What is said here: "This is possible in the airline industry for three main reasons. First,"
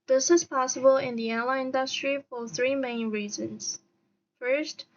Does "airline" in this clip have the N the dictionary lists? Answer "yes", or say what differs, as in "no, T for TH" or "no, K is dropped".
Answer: no, N is dropped